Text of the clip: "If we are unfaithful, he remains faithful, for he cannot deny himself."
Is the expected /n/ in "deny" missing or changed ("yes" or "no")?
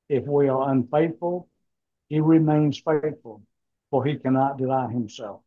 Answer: yes